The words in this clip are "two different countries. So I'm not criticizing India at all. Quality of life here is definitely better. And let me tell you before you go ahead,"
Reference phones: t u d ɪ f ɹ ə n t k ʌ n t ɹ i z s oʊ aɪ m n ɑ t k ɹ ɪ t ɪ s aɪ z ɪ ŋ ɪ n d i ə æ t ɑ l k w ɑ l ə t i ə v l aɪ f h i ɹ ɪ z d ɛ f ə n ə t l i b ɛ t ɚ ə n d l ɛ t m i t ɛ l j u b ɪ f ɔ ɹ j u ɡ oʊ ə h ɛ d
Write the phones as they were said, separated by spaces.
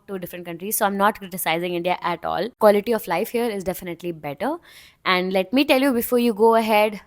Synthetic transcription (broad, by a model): t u d ɪ f ɹ ə n t k ʌ n t ɹ i z s oʊ aɪ m n ɑ t k ɹ ɪ t ɪ s aɪ z ɪ ŋ ɪ n d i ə æ t ɑ l k w ɑ l ə t i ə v l aɪ f h i ɹ ɪ z d ɛ f ə n ə t l i b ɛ t ɚ ə n d l ɛ t m i t ɛ l j u b ɪ f ɔ ɹ j u ɡ oʊ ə h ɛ d